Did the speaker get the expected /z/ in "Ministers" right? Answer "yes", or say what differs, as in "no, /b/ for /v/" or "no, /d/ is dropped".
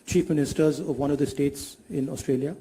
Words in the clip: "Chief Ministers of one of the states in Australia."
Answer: yes